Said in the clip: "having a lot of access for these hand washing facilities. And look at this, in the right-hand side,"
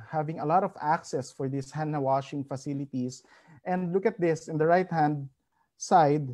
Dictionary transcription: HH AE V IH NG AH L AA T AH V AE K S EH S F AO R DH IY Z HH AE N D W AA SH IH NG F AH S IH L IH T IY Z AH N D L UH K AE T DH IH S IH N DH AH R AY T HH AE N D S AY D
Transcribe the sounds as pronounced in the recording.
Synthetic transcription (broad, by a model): HH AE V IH NG AH L AA T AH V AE K S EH S F AO R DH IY S HH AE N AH W AA SH IH NG F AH S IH L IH T IY S AH N D L UH K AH T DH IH S IH N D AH R AY T HH AE N D S AY D